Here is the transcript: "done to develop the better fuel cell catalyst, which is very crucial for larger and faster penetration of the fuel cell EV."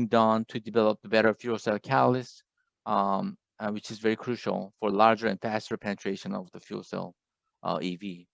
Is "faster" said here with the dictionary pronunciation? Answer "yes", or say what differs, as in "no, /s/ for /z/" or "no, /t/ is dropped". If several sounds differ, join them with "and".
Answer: yes